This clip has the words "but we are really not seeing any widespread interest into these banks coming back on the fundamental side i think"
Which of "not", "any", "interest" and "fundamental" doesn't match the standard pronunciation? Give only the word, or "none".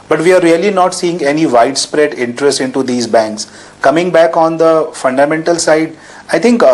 none